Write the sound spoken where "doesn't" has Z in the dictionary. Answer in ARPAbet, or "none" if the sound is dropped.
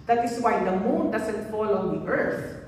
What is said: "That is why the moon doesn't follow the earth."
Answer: S